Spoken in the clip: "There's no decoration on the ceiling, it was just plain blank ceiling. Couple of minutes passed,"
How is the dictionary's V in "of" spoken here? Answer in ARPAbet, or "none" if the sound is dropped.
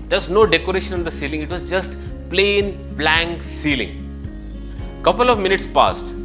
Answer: V